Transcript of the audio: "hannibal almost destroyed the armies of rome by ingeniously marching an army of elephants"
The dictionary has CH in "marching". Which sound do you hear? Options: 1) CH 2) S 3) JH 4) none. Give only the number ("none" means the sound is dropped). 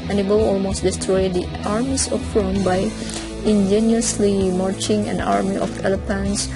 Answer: 1